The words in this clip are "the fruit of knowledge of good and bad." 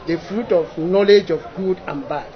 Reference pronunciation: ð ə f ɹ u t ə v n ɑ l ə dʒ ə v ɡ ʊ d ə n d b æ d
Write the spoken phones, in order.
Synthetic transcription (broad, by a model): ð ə f ɹ u t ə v n ɑ l ə dʒ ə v ɡ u d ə n b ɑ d